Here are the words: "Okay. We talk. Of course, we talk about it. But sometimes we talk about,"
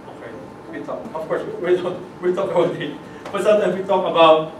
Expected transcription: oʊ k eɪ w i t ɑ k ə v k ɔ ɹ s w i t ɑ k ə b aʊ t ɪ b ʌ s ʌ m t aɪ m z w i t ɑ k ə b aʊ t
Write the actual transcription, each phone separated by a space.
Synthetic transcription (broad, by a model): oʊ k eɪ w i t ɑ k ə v k ɔ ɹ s w i t ɑ k ə b aʊ t ɪ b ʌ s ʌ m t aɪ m w i t ɑ k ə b aʊ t